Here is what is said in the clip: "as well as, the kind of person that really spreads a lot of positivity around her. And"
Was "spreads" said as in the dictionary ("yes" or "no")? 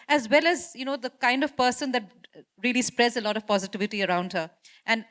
yes